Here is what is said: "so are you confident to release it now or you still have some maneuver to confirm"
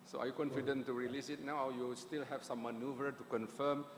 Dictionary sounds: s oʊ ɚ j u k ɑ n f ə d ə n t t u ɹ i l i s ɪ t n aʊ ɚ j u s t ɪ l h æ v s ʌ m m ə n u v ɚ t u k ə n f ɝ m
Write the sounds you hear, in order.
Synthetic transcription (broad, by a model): s oʊ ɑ j u k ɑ n f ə d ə n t t u ɹ i l i s ɪ t n aʊ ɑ j u s t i l h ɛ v s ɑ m m ə n u v ɚ t u k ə n f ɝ m